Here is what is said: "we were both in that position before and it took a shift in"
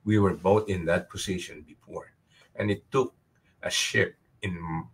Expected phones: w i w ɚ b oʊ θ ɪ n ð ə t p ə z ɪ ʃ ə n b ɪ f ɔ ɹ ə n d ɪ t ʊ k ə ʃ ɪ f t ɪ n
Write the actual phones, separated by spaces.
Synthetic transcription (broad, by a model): w i w ɚ b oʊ t ɪ n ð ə t p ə s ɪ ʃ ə n b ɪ f ɔ ɹ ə n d ɪ t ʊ k ə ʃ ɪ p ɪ n